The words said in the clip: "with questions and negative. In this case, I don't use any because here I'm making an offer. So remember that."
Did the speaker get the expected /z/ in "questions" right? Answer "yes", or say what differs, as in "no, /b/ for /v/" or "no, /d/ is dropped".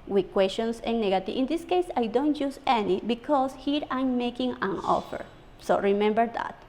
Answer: no, /s/ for /z/